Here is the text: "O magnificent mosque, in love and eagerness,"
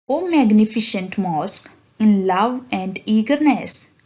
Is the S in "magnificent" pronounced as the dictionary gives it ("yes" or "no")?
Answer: no